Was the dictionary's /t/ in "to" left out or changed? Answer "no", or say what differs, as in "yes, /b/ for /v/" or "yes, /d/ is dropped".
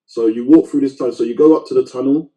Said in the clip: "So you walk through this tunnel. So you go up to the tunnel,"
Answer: no